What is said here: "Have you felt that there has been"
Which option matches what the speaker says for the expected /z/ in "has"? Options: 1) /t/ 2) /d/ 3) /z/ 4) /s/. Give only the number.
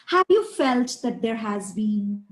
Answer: 3